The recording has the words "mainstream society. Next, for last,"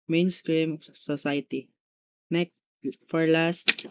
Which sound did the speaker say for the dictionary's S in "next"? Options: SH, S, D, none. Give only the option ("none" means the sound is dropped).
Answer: none